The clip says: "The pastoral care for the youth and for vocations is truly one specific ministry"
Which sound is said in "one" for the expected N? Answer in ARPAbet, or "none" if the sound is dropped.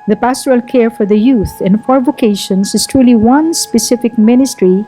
N